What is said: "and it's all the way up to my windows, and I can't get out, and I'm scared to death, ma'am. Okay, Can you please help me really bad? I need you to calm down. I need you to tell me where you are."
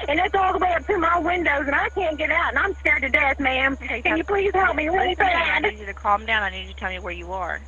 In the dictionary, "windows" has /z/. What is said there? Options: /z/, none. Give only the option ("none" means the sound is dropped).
/z/